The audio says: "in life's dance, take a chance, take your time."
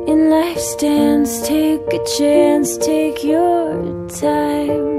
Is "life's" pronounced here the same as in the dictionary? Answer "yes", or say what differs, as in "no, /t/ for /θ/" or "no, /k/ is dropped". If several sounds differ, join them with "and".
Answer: yes